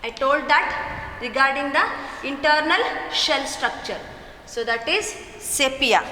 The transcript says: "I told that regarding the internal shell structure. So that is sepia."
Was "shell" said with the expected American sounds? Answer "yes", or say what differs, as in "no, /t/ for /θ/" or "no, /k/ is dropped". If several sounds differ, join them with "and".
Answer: yes